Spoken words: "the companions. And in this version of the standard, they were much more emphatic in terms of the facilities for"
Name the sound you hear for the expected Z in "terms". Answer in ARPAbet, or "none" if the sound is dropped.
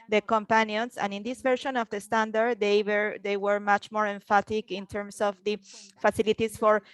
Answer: S